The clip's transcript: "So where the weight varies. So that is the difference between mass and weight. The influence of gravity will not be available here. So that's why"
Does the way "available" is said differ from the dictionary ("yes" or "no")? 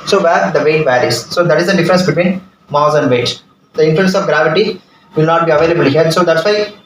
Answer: no